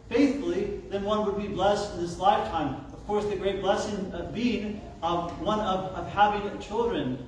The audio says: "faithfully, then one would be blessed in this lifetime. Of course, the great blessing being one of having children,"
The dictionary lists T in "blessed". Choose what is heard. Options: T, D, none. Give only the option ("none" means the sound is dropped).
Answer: T